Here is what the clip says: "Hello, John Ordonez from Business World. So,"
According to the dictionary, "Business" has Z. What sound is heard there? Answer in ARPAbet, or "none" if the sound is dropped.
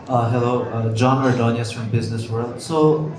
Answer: Z